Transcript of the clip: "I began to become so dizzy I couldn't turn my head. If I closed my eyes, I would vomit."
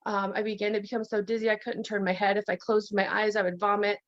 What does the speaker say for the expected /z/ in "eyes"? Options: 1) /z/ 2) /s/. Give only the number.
1